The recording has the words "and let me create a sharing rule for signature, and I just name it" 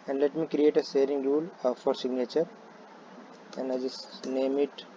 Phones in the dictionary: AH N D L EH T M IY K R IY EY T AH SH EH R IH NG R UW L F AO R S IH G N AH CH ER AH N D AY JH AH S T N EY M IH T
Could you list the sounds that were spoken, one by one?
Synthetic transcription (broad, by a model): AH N D L EH T M IY K R IY EY T AH S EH R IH NG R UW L F AO R S IH G N AH CH ER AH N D AY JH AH S N EY M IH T